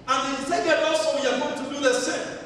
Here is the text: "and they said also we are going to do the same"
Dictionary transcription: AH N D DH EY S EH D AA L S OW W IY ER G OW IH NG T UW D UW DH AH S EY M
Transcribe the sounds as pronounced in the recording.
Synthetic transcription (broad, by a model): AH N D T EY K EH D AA S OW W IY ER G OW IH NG T UW D UW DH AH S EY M